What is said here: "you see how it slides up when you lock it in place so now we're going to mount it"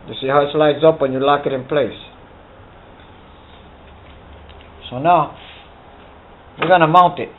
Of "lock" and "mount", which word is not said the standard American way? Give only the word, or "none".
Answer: none